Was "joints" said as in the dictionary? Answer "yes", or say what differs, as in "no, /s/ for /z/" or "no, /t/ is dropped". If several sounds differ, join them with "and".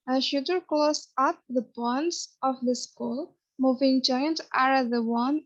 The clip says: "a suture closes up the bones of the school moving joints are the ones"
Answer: no, /s/ is dropped